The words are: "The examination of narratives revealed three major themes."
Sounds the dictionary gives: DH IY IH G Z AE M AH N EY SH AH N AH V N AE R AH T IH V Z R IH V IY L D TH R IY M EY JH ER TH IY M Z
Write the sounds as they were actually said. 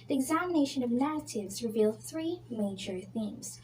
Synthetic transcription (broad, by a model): DH IY IH G Z AE M AH N EY SH AH N AH V N AE R AH T IH V Z R IH V IY L D TH R IY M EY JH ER TH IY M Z